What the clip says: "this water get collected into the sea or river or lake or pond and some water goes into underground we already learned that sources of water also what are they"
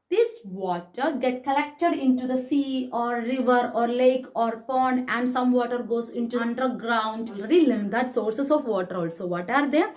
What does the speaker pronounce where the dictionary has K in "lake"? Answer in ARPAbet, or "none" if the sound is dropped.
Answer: K